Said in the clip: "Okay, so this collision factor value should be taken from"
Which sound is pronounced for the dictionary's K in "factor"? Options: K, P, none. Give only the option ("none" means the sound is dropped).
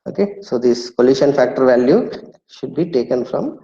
K